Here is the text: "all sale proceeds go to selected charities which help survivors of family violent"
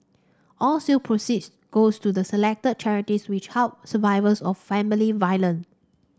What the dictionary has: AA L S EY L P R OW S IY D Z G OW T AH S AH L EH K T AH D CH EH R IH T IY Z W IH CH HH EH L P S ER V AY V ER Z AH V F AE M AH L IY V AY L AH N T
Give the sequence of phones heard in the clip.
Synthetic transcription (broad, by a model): AA L S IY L P R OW S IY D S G OW T AH S AH L EH K T AH D CH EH R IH T IY S W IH CH HH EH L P S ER V AY V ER S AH F F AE M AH L IY V AY L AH N